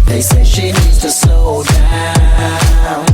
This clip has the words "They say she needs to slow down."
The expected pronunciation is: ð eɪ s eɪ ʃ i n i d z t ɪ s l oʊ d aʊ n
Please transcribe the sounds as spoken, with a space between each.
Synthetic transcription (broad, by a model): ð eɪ s eɪ ʃ i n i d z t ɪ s oʊ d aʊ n